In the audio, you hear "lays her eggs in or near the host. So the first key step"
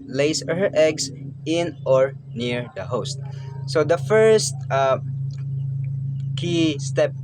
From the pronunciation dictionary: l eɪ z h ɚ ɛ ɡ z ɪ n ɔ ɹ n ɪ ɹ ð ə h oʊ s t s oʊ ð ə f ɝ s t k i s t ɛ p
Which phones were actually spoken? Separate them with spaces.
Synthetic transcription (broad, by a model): l eɪ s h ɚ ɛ ɡ s ɪ n ɔ ɹ n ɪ ɹ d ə h oʊ s t s oʊ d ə f ɝ s t k i s t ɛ p